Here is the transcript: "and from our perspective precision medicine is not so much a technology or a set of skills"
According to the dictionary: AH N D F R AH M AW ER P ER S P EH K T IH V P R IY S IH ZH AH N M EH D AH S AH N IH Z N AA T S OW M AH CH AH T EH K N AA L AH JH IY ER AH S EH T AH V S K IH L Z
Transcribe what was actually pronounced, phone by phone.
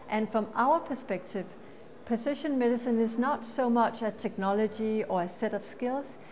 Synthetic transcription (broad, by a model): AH N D F R AH M AW ER P ER S P EH K T IH V P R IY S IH SH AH N M EH D AH S AH N IH Z N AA T S OW M AH CH AH T EH K N AA L AH JH IY ER AH S EH T AH V S K IH L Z